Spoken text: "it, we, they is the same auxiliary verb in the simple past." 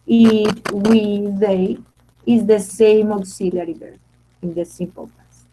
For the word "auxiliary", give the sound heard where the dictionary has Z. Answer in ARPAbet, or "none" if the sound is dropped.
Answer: S